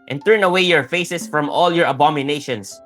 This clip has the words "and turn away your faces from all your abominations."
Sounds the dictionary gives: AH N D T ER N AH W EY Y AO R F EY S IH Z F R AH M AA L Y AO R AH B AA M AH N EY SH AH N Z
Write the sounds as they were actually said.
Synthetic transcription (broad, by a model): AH N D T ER N AH W EY Y AO R F EY S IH S F R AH M AA L Y AO R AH B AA M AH N EY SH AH N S